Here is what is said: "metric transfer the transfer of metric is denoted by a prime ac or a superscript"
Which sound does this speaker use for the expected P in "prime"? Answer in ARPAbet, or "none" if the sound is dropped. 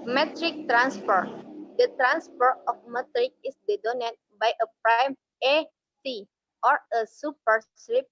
P